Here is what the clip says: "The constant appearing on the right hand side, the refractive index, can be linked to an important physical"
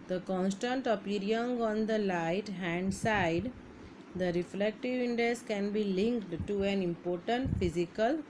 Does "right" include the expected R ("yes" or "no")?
no